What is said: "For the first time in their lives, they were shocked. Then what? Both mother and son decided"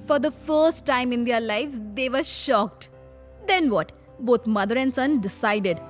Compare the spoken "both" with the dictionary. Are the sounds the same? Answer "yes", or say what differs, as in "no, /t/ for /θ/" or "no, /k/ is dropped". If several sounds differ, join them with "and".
no, /t/ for /θ/